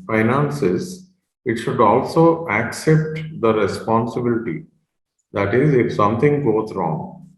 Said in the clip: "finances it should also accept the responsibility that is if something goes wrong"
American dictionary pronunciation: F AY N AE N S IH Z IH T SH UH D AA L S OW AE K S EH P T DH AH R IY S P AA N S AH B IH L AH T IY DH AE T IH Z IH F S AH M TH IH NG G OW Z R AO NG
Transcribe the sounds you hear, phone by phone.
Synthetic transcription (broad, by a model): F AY N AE N S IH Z IH T SH UH D AA L S OW AE K S EH P T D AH R IY S P AA N S AH B IH L AH T IY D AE T IH Z IH F S AH M T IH NG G OW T R AO NG